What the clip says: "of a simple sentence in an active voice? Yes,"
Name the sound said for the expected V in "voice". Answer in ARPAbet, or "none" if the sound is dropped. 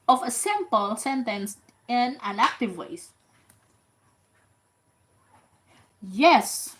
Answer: W